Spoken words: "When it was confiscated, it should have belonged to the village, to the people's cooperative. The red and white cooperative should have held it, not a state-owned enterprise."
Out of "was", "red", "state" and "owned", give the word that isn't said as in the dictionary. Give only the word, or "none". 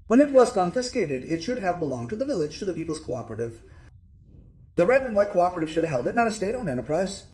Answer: owned